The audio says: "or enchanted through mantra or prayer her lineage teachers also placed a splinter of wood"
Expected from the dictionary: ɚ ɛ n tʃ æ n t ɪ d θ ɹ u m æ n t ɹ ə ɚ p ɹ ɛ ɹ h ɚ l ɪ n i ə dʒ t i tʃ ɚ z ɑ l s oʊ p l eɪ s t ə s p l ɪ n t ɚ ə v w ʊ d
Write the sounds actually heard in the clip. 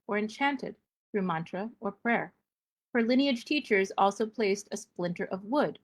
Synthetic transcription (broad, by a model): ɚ ɛ n tʃ æ n t ɪ d θ ɹ u m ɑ n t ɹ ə ɚ p ɹ ɛ ɹ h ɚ l ɪ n i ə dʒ t i tʃ ɚ z ɑ l s oʊ p l eɪ s t ə s p l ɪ n t ɚ ə v w ʊ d